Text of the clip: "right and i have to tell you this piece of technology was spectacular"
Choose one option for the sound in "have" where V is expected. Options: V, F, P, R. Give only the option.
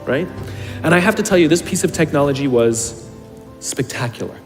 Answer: F